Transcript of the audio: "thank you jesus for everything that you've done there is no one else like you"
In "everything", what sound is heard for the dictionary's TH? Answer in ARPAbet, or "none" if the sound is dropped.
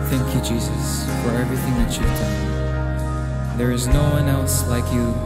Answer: TH